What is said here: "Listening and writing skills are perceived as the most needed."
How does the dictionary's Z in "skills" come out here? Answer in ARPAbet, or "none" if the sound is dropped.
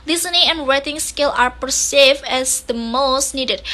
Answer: none